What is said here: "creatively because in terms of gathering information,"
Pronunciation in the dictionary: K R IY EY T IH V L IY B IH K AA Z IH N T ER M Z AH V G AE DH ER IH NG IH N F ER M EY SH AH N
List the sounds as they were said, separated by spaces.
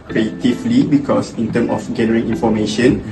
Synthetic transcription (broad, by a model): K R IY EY T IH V L IY B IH K AA S IH N T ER M AH F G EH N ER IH NG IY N F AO M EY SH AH N